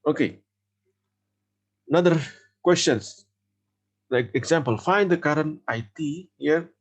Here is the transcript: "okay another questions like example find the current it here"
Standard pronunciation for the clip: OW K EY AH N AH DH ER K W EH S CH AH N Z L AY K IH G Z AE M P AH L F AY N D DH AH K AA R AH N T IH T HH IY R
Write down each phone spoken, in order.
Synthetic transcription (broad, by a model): OW K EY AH N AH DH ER K W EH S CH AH N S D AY IH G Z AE M P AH L F AY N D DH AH K AA R AH N T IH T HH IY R